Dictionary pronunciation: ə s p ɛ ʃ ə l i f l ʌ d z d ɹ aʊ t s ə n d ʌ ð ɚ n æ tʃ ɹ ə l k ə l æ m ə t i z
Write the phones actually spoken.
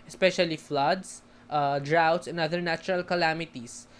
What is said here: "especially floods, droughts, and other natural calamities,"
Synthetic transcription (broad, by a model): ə s p ɛ ʃ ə l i f l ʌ d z d ɹ aʊ t s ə n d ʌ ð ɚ n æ tʃ ɹ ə l k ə l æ m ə t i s